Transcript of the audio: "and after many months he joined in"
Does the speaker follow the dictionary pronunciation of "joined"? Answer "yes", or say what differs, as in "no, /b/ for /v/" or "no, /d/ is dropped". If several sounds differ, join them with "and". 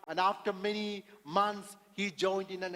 yes